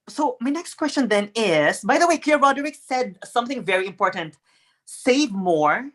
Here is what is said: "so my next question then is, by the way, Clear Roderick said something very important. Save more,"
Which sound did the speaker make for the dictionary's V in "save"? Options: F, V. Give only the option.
V